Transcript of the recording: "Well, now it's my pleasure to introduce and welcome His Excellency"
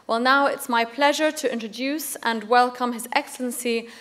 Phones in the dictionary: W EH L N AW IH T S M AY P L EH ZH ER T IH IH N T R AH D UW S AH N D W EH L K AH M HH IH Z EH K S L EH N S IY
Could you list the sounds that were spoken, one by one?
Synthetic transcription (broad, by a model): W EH L N AW IH T S M AY P L EH ZH ER T IH IH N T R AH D UW S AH N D W EH L K AH M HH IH Z EH K S L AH N S IY